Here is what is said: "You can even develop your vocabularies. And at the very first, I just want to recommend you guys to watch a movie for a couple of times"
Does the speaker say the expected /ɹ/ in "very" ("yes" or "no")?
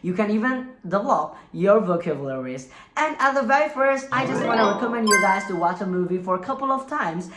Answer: yes